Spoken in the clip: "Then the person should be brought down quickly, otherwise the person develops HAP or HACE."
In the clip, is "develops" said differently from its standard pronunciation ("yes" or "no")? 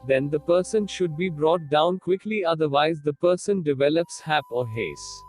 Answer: no